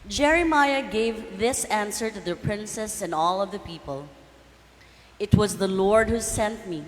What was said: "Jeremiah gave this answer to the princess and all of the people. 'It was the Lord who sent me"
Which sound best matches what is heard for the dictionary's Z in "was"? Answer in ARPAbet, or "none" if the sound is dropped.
Z